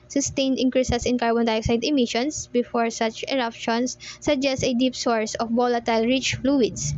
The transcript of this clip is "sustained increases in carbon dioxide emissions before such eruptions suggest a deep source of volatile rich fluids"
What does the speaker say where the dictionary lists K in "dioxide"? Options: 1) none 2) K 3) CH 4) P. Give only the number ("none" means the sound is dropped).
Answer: 2